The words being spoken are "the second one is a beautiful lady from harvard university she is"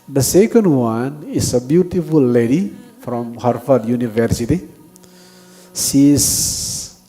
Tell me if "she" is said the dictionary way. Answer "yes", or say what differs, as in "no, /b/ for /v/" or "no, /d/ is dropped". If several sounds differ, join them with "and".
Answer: no, /s/ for /ʃ/